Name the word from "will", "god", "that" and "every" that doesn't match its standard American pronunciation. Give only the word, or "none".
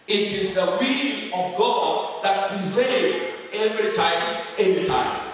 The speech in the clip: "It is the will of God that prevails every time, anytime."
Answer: will